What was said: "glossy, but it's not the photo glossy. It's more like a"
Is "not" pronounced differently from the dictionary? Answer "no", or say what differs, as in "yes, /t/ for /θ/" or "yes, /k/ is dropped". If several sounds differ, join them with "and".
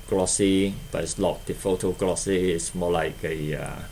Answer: yes, /l/ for /n/